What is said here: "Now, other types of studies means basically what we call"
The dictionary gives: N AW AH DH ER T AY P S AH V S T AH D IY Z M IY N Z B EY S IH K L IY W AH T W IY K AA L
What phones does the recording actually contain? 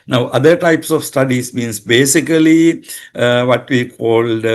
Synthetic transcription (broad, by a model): N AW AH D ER T AY P S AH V S T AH D IY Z M IY N S B EY S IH K L IY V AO T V IY K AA L